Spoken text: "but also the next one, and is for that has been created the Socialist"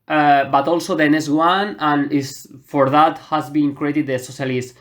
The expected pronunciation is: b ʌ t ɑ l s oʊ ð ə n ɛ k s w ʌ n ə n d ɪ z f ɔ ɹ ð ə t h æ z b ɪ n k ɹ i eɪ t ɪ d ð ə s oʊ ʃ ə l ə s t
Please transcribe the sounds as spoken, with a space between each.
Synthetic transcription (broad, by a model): b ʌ t ɑ l s oʊ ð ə n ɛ s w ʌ n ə n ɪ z f ɔ ɹ ð ə t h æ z b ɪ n k ɹ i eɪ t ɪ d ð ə s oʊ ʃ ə l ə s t